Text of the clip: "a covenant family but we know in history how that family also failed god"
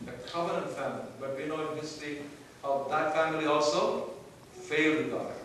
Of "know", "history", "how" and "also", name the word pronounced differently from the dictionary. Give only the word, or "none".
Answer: history